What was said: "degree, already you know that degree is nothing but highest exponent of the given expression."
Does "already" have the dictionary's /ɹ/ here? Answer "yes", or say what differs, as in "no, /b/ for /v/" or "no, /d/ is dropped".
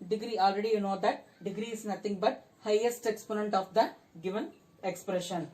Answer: yes